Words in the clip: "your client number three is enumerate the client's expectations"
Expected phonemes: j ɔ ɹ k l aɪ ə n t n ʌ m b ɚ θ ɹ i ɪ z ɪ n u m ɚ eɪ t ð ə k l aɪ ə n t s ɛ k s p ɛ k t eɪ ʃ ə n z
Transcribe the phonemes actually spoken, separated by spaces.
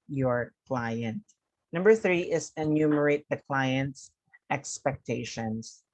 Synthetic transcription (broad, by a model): j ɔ ɹ k l aɪ ə n t n ʌ m b ɚ θ ɹ i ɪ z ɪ n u m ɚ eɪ t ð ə k l aɪ ə n t s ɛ k s p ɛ k t eɪ ʃ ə n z